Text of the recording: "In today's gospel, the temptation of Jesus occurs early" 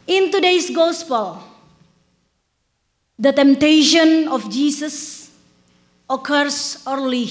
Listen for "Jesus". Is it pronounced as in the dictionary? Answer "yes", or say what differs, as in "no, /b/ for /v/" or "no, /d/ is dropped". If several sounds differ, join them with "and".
no, /s/ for /z/